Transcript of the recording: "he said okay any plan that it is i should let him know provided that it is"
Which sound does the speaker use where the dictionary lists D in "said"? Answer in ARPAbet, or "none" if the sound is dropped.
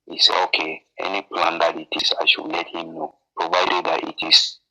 none